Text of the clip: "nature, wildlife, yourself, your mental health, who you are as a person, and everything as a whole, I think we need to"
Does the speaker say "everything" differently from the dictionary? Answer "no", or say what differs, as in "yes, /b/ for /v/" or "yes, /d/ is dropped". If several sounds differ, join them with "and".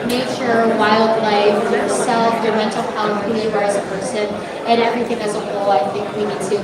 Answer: no